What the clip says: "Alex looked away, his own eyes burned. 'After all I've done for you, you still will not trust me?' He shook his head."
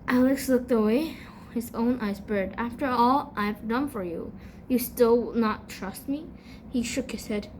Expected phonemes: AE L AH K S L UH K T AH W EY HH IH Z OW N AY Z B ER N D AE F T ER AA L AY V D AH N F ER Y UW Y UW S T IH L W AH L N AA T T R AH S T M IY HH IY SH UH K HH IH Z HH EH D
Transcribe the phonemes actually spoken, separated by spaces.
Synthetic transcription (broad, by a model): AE L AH K S L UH K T AH W EY HH IH Z OW N AY Z B ER D AE F T ER AA L AY V D AH N F ER Y UW Y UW S T IH L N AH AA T T R AH S T M IY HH IY SH UH K HH IH Z HH EH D